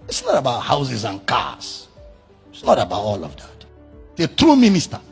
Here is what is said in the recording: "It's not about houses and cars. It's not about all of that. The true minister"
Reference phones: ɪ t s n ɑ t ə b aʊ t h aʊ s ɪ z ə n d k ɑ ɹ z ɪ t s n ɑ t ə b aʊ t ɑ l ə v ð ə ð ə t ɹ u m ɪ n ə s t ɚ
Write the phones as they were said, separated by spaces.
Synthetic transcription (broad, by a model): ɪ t s n ɑ t ə b aʊ t h aʊ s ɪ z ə n k ɑ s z ɪ t s n ɑ t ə b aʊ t ɑ l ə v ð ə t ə t ɹ u m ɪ n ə s t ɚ